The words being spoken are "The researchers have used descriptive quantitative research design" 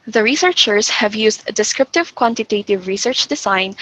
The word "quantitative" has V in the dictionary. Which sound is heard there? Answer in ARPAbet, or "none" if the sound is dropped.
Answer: V